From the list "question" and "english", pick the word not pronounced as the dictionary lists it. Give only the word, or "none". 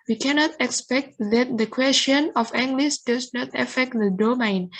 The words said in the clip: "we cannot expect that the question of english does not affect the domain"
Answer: english